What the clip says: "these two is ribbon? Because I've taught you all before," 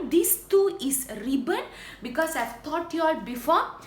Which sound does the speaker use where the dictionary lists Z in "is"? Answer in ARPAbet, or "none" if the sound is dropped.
S